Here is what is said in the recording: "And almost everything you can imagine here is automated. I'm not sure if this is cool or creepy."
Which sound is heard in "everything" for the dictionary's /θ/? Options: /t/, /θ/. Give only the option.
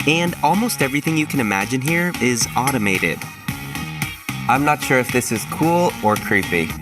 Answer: /θ/